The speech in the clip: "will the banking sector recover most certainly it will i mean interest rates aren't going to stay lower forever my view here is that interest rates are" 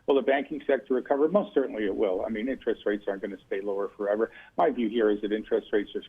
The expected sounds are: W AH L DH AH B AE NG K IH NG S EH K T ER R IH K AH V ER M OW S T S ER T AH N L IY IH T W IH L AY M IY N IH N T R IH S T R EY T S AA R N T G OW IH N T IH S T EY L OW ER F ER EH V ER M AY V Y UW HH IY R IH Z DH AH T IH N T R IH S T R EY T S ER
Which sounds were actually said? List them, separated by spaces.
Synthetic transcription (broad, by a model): W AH L DH AH B AE NG K IH NG S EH K T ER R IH K AH V ER M OW S T S ER T N L IY IH T W IH L AY M IY N IH N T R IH S T R EY T S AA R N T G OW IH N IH S T EY L OW ER F ER EH V ER M AY V Y UW HH IY R IH Z DH AH T IH N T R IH S T R EY T S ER